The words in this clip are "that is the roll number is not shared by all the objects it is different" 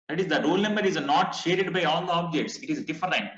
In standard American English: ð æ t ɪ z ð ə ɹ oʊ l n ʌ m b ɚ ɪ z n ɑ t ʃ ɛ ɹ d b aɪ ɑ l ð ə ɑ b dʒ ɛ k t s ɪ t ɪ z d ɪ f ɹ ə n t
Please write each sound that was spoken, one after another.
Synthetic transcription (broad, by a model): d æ t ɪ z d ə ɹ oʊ l n ʌ m b ɚ ɪ z n ɑ t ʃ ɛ ɹ d b aɪ ɑ l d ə ɑ b dʒ ɛ k t s ɪ t ɪ z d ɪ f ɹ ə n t